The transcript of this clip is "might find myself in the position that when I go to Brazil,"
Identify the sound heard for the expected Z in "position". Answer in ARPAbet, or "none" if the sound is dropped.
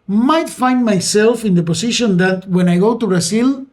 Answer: S